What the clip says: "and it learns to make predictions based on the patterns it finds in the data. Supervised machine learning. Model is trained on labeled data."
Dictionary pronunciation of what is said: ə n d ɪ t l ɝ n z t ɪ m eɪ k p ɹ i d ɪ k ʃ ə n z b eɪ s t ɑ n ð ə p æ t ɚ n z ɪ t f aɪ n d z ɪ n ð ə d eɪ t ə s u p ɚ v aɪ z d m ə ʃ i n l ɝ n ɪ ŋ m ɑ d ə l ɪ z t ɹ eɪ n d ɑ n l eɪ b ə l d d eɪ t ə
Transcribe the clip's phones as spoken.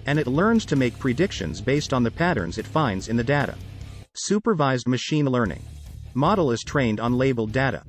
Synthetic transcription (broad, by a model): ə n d ɪ t l ɝ n z t ɪ m eɪ k p ɹ i d ɪ k ʃ ə n z b eɪ s t n ð ə p æ t ɚ n z ɪ t f aɪ n d z ɪ n ð ə d eɪ t ə s u p ɚ v aɪ z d m ə ʃ i n l ɝ n ɪ ŋ m ɑ d l ɪ z t ɹ eɪ n d n l eɪ b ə l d d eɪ t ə